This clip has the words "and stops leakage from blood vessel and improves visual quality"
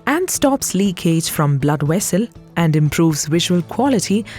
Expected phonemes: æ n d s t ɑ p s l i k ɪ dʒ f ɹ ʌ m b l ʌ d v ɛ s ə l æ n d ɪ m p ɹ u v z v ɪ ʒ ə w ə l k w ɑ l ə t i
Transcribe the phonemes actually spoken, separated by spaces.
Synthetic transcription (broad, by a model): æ n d s t ɑ p s l i k ɪ dʒ f ɹ ʌ m b l ʌ d w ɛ s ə l æ n d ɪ m p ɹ u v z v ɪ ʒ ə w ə l k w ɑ l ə t i